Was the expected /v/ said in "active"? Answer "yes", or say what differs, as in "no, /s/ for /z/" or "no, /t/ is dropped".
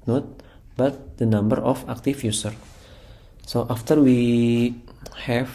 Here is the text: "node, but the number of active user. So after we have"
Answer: no, /f/ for /v/